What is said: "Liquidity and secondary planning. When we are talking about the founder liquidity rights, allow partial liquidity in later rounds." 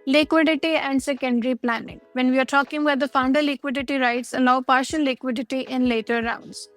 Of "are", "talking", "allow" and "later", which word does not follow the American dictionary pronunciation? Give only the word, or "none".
none